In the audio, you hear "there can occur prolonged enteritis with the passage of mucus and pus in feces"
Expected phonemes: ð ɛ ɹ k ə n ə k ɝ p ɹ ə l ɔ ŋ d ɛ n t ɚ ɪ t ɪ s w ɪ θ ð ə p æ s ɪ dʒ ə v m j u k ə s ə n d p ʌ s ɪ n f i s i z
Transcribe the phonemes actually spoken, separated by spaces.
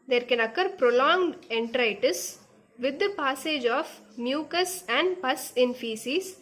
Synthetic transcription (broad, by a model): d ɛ ɹ k ə n ə k ɝ p ɹ ə l ɔ ŋ d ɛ n t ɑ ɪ t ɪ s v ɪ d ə p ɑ s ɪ dʒ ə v m j u k ə s ə n d p ʌ s ɪ n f i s i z